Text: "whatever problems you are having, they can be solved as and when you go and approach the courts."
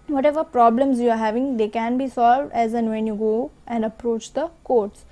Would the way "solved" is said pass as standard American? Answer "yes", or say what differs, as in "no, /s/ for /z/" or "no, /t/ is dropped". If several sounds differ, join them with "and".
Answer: yes